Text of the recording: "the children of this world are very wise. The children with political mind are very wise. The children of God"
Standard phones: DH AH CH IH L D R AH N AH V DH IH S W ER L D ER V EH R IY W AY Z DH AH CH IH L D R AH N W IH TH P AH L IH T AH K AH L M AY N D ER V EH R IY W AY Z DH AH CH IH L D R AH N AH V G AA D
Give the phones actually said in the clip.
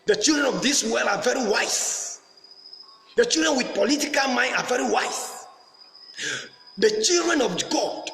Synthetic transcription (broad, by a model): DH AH CH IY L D R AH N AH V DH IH S W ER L AA V EH R IY W AY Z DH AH CH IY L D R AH N W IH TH P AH L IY T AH K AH L M AY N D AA V EH R IY W AY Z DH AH CH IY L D R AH N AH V G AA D